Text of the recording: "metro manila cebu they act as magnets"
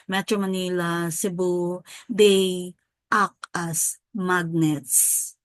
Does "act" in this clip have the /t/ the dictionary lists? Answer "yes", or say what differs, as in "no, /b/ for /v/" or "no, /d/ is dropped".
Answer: no, /t/ is dropped